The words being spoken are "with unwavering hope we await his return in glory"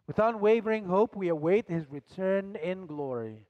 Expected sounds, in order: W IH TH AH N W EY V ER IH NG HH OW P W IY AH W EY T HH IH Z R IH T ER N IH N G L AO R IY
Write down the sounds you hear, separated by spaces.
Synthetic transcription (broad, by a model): W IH TH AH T W EY V ER IH NG HH OW P W IY AH W EY T HH IH Z R IH T ER N IH N G L AO R IY